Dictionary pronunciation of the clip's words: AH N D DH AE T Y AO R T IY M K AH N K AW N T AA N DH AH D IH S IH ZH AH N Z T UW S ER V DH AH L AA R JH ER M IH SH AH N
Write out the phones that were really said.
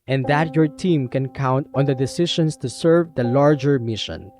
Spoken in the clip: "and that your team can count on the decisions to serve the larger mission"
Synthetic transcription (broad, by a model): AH N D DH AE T Y AO R T IY M K AH N K AW N T AA N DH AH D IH S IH SH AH N S T UW S ER V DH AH L AA R JH ER M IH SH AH N